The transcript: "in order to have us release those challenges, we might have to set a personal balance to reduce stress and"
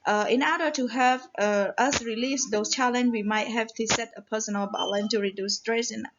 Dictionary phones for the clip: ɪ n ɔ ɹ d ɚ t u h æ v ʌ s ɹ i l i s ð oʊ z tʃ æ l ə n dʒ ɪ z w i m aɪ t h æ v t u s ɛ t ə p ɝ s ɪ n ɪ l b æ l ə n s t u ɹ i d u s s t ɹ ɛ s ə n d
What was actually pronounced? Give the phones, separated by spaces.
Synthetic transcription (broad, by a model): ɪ n ɔ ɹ d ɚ t u h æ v ʌ s ɹ i l i s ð oʊ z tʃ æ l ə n w i m aɪ t h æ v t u s ɛ t ə p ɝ s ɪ n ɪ l b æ l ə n t u ɹ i d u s s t ɹ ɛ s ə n